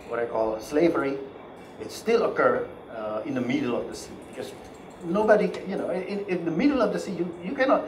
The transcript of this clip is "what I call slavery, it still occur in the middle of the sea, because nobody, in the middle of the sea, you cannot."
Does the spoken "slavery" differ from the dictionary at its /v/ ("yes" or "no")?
no